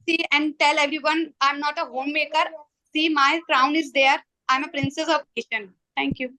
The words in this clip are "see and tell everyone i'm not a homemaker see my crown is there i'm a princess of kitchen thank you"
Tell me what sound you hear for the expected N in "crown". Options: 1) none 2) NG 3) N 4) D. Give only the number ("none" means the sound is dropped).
3